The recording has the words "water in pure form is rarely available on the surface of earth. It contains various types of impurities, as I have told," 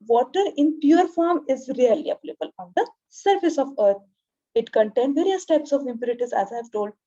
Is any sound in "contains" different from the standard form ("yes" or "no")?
yes